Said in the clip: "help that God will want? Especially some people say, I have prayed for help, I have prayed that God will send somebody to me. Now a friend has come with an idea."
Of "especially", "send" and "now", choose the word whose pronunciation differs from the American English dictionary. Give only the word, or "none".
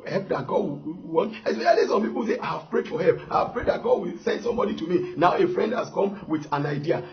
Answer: especially